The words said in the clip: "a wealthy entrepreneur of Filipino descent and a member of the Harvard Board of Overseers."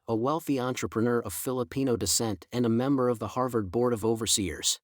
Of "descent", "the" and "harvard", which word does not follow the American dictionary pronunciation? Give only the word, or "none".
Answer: none